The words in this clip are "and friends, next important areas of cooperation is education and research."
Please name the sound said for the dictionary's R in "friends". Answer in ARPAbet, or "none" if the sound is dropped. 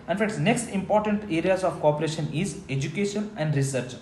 none